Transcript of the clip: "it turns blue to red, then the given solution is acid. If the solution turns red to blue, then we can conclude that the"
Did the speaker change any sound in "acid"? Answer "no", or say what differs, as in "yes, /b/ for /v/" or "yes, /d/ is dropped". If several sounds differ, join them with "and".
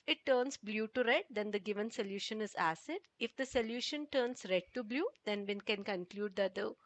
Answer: no